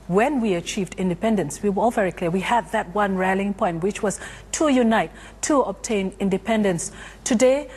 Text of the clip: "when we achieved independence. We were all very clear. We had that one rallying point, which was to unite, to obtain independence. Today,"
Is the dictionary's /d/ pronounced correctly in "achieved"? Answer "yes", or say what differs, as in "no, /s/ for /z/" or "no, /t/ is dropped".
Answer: yes